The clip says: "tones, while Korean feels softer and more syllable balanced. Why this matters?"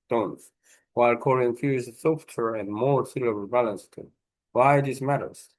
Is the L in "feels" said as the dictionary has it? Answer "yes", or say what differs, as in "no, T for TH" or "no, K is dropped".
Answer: no, L is dropped